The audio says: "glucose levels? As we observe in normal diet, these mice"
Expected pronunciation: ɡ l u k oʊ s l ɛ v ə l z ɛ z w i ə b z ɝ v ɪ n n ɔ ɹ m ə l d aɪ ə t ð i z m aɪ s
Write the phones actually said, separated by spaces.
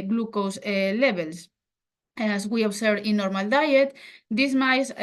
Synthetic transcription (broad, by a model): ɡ l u k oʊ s l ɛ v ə l s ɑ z w i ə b s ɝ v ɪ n n ɔ ɹ m ə l d aɪ ə t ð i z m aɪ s